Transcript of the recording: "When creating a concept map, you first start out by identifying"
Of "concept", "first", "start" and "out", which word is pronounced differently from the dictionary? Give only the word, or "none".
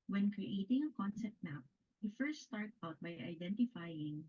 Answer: none